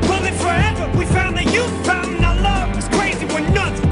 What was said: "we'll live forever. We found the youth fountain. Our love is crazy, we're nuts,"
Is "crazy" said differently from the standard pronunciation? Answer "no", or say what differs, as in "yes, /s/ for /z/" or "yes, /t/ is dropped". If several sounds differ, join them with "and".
no